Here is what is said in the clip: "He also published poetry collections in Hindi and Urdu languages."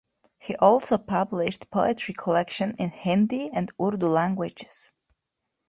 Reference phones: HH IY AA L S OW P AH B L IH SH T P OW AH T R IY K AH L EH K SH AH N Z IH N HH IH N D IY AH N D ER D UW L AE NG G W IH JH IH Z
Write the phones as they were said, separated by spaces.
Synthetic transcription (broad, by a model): HH IY AA L S OW P AH B L IH SH T P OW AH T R IY K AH L EH K SH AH N IH N HH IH N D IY AH N D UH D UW L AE NG G W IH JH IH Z